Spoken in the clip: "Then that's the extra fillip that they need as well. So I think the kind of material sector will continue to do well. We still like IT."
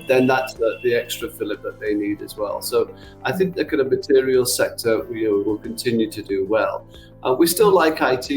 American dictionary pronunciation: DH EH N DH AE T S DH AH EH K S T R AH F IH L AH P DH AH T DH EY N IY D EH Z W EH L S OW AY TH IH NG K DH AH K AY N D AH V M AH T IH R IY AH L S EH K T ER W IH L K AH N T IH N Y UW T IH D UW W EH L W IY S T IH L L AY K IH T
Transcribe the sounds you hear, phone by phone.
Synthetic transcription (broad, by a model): DH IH N DH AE T S DH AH EH K S T R AH F IH L AH P DH AH T DH EY N IY D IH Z W EH L S OW AY TH IH NG K DH AH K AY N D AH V M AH T IH R IY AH L S EH K T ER W IH L K AH N T IH N Y UW T IH D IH W EH L W IY S T IH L L AY K IH T